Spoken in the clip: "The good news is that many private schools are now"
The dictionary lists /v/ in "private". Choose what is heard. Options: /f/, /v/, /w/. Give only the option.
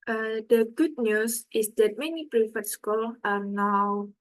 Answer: /f/